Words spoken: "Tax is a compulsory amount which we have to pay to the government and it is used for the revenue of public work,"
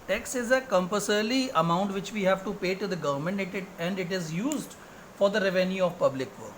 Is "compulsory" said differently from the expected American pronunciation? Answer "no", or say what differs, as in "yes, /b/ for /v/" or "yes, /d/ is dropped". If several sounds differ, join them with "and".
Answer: yes, /l/ is dropped